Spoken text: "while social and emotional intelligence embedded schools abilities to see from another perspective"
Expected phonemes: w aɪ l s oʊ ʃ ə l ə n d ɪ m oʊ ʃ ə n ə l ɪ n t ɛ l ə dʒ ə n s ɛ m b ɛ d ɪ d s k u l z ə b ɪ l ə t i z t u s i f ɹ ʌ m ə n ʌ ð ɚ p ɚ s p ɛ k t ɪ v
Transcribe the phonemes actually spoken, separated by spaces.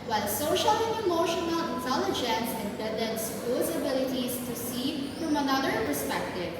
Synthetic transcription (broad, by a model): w aɪ l s oʊ ʃ ə l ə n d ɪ m oʊ ʃ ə n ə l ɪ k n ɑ l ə dʒ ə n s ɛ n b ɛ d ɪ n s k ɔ z ə b ɪ l ə t i z t u s i f ɹ ʌ m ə n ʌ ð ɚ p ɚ s p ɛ k t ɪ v